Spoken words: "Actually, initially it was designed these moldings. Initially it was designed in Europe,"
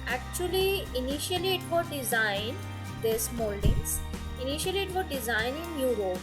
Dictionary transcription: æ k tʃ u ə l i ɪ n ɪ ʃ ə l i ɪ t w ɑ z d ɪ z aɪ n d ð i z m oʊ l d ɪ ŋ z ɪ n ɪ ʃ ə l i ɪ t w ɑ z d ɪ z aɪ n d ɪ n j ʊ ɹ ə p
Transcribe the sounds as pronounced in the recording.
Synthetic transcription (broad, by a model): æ k tʃ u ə l i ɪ n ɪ ʃ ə l i ɪ t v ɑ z d ɪ z aɪ n d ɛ s m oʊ l d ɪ z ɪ n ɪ ʃ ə l i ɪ t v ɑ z d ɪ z aɪ n ɪ n j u ɹ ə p